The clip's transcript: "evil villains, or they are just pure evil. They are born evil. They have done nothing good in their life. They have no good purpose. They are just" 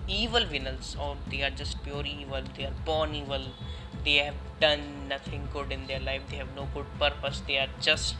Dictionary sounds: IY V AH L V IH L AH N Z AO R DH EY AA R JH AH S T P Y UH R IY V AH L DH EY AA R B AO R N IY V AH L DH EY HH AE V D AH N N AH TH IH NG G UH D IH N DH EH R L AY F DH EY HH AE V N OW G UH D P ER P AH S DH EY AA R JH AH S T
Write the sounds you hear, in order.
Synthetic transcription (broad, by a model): IY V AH L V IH N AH L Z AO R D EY AA R JH AH S T P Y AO R IY V AH L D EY AA R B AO N IY V AH L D EY HH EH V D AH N N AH T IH NG G UH D IH N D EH R L AY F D EY HH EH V N OW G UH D P ER P AH S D EY AA R JH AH S T